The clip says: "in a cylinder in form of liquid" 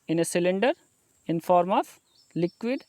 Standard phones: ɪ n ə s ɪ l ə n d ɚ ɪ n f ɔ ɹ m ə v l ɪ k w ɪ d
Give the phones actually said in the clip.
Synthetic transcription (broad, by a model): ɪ n ə s ɪ l ə n d ɚ ɪ n f ɔ ɹ m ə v l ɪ k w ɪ d